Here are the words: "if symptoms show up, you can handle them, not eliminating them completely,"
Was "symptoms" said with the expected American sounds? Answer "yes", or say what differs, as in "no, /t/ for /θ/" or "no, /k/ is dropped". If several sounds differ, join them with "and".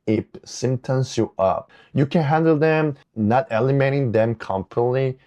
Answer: no, /p/ is dropped